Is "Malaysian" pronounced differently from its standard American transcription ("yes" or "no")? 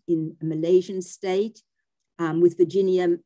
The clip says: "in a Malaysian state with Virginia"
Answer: no